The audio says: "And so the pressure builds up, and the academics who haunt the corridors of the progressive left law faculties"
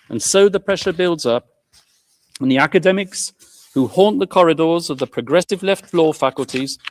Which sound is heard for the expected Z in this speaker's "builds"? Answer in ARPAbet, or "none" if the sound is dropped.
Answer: Z